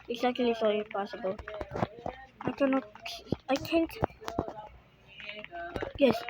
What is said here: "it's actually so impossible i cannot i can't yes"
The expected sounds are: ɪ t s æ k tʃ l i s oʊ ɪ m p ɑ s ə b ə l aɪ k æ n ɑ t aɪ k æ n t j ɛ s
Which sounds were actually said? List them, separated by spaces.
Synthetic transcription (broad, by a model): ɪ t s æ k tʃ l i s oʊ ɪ p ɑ s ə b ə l aɪ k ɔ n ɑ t aɪ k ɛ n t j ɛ s